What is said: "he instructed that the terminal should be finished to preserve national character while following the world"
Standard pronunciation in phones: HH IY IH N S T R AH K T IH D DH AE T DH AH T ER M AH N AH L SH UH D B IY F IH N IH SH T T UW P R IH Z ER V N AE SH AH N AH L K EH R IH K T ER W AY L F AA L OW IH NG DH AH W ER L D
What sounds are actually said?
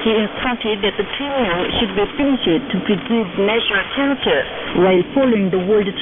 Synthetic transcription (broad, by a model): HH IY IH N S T AH T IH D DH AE T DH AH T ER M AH AH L SH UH D B IY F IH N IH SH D T UW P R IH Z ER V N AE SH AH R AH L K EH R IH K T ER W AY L F AA L OW IH NG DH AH W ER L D